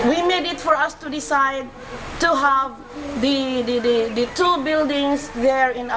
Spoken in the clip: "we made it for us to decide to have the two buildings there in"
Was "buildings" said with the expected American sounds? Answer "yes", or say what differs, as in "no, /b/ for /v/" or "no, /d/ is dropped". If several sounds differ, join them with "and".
no, /s/ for /z/